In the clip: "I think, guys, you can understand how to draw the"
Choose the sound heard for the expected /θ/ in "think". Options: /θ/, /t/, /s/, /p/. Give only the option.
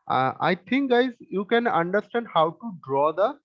/t/